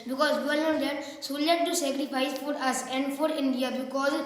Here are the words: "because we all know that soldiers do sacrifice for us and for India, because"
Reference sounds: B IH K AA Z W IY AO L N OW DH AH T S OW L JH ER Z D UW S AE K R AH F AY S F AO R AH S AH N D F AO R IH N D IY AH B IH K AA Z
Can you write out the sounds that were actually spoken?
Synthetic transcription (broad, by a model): B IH K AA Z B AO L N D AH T S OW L ER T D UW S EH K R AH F AY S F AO R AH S AH N D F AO R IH N D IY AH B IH K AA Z